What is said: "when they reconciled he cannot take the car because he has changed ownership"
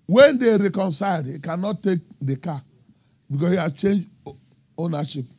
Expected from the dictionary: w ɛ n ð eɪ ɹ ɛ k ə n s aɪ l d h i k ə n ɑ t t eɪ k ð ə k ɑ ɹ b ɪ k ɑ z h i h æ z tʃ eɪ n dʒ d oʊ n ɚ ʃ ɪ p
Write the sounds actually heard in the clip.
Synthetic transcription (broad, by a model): w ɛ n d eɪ ɹ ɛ k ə n s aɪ d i k ə n ɑ t t eɪ k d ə k ɑ b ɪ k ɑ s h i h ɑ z tʃ eɪ n dʒ oʊ n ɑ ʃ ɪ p